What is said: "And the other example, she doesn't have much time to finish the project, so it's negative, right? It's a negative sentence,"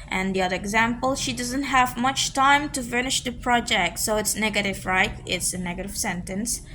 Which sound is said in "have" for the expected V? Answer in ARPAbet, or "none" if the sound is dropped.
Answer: V